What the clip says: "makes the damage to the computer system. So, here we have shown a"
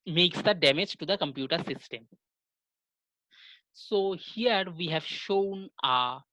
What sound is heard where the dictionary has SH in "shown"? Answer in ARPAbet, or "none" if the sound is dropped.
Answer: SH